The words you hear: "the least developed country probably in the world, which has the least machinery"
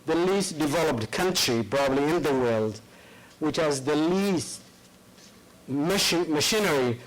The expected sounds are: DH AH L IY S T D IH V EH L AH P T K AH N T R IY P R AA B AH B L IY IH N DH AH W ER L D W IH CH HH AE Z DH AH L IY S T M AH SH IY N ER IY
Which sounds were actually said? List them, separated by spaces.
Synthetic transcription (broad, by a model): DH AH L IY S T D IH V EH L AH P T K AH N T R IY P R AA B AH B L IY IH N DH AH W ER L D W IH CH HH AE Z DH AH L IY S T M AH SH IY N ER IY